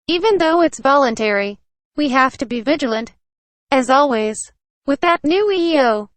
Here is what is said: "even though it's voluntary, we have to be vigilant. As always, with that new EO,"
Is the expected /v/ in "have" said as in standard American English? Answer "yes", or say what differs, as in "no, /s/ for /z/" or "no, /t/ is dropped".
no, /f/ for /v/